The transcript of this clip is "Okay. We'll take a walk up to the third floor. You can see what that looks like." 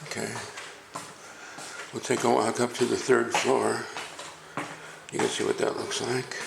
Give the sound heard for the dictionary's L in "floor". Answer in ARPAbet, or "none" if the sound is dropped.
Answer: L